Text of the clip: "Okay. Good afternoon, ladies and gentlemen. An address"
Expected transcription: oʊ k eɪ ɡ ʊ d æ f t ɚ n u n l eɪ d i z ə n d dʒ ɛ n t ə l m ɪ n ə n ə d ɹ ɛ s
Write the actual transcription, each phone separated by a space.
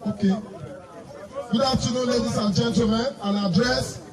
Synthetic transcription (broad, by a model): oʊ k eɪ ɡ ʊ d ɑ t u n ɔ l eɪ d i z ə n dʒ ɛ n t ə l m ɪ n ə n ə d ɹ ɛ s